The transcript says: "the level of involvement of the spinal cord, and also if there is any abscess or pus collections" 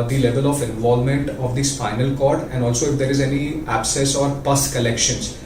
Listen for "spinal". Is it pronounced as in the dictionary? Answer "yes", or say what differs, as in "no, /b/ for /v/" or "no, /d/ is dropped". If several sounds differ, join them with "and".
no, /f/ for /p/